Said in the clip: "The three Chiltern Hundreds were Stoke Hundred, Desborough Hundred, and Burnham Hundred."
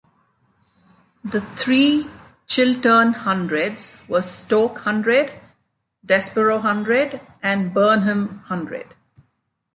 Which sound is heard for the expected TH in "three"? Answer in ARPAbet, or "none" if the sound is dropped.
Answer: T